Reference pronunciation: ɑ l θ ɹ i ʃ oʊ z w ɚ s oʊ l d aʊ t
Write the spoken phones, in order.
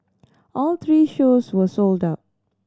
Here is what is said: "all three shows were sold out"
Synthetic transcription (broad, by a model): ɑ l t ɹ i ʃ oʊ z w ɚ s oʊ l d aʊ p